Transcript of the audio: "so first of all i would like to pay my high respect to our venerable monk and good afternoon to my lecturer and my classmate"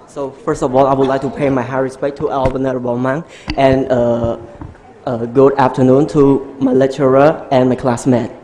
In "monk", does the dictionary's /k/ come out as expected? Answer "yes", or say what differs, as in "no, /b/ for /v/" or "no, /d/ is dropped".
no, /k/ is dropped